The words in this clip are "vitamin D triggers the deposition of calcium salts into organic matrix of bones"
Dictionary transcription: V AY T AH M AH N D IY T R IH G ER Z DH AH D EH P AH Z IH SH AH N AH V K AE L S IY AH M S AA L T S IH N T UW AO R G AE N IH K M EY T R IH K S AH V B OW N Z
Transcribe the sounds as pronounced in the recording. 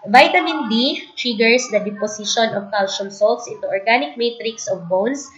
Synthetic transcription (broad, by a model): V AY T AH M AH N D IY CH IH G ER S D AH D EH P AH S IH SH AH N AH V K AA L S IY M S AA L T S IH T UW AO R G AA N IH K M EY T R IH K S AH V B OW N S